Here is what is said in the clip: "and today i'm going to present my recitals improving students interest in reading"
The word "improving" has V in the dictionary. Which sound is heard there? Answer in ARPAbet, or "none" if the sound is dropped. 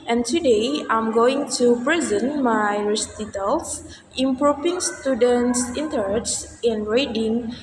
P